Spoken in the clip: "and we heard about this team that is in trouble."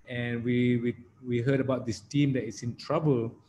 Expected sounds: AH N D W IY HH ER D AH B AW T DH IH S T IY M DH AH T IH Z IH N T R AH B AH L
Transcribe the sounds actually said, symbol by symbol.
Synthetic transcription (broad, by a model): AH N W W IY HH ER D AH B AW T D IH S T IY M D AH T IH S IH N T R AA B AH L